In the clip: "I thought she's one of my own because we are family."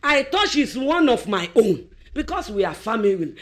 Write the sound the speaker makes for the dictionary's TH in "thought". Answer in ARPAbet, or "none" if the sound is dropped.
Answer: T